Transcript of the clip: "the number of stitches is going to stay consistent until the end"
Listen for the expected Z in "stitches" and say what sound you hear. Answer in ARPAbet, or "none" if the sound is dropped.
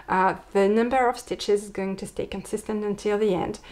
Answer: Z